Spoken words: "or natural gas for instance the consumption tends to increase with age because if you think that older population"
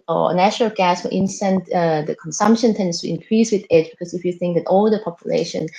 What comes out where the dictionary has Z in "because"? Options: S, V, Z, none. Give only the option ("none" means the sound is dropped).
S